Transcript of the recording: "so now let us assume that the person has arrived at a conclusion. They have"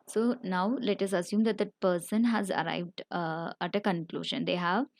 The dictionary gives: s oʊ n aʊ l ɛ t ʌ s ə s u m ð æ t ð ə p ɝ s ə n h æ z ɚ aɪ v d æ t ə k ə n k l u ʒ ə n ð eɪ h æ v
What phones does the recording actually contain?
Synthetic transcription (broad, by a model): s oʊ n aʊ l ɛ t ʌ s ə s u m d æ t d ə p ɝ s ə n h æ z ɚ aɪ v d æ t ə k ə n k l u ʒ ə n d eɪ h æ v